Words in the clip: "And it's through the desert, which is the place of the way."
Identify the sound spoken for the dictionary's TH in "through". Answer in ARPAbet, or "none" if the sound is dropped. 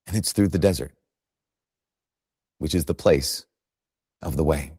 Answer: TH